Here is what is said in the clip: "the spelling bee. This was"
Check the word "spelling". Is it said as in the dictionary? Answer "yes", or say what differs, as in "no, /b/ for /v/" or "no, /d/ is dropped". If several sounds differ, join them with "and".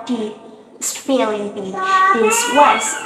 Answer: no, /f/ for /p/